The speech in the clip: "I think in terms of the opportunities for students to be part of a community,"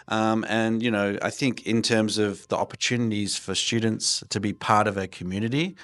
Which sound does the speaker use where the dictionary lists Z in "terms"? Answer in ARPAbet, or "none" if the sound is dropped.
Z